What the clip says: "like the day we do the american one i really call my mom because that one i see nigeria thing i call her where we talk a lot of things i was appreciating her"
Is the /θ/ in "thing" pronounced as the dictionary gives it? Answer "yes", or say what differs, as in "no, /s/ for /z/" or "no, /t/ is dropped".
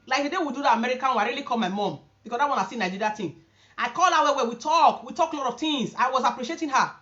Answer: no, /t/ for /θ/